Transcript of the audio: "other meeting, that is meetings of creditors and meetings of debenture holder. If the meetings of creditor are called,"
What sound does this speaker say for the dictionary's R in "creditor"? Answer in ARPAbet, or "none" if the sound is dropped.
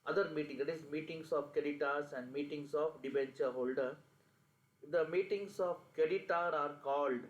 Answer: none